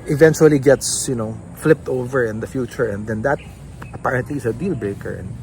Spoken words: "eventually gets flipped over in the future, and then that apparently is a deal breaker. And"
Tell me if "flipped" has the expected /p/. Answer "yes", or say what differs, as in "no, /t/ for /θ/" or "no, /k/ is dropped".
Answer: yes